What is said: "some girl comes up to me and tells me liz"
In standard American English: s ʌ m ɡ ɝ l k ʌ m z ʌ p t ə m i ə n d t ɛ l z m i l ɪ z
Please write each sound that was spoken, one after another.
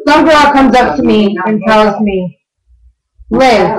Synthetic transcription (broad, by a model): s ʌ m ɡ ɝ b k ʌ m z ʌ p t ə m i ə n t ɛ l z m i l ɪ